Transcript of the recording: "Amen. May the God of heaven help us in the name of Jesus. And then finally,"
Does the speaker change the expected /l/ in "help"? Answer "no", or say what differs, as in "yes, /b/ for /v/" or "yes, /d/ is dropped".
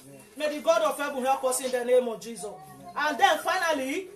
yes, /l/ is dropped